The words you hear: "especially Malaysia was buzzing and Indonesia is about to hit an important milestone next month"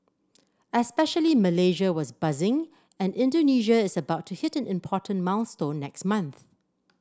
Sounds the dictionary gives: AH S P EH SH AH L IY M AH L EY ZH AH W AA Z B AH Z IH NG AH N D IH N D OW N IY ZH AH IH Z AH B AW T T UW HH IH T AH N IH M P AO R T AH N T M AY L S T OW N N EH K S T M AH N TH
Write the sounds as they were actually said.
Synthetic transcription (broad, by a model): AH S P EH SH AH L IY M AH L EY ZH AH W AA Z B AH Z IH NG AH N IH N D OW N IY ZH AH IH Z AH B AW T T UW HH IH T AH N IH M P AO T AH N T M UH N S T OW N N EH K S T M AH N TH